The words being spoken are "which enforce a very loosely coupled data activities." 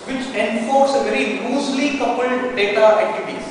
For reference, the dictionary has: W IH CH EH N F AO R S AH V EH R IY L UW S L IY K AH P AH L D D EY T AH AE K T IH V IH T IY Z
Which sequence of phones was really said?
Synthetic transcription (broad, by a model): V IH CH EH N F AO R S AH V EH R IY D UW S L IY K AH P AH L D D EY T AH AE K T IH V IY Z